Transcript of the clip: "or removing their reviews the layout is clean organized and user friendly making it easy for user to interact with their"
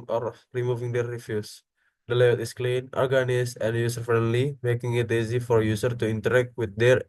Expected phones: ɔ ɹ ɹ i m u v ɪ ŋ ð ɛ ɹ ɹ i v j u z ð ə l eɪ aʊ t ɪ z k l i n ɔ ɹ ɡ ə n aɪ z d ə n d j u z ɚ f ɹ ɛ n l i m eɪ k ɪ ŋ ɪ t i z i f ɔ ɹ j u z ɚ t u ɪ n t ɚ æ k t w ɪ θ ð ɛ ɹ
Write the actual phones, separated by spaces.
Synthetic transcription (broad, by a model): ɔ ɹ ɹ i m u v ɪ ŋ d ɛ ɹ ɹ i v j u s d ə l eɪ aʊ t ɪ s k l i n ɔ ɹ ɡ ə n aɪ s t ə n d j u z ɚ f ɹ ɛ n l i m eɪ k ɪ ŋ ɪ t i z i f ɔ ɹ j u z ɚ t u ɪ n t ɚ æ k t w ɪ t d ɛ ɹ